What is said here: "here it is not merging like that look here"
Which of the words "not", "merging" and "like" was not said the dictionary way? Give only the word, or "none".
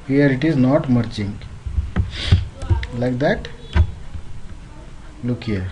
merging